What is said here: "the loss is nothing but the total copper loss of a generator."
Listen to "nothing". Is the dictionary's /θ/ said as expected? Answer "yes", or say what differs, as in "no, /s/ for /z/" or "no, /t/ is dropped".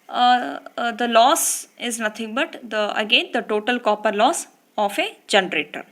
no, /t/ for /θ/